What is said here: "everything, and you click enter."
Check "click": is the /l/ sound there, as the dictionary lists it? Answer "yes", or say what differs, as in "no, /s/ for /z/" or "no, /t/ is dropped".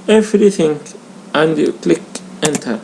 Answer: yes